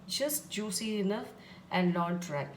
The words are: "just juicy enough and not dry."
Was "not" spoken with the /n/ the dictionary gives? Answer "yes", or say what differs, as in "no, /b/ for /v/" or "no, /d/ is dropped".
no, /l/ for /n/